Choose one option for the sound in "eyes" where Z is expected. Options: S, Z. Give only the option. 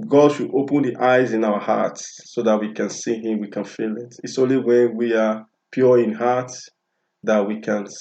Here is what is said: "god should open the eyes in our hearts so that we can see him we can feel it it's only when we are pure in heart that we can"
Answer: Z